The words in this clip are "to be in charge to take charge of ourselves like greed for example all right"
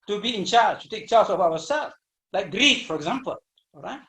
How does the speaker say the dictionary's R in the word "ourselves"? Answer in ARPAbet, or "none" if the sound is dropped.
W